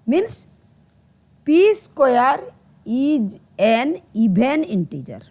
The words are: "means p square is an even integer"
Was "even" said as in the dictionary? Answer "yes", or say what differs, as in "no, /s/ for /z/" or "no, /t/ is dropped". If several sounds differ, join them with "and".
no, /b/ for /v/